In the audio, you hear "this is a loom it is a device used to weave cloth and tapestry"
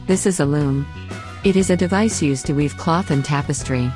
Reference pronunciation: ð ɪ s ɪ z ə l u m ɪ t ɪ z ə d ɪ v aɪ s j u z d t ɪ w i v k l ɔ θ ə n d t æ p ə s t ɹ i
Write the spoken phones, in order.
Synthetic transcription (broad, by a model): ð ɪ s ɪ z ə l u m ɪ t ɪ z ə d ɪ v aɪ s j u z t ɪ w i v k l ɔ θ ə n t æ p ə s t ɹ i